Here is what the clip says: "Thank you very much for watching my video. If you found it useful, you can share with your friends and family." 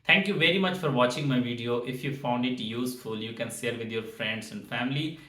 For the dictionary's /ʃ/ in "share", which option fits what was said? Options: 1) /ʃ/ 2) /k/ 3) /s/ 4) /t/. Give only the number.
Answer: 3